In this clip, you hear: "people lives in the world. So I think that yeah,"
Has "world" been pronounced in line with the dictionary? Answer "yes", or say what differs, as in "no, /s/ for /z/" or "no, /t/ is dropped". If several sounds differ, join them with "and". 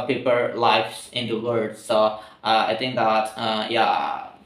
no, /l/ is dropped